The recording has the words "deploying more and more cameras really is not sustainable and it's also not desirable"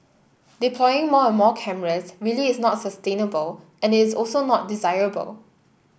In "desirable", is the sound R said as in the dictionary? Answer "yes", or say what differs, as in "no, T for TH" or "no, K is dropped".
yes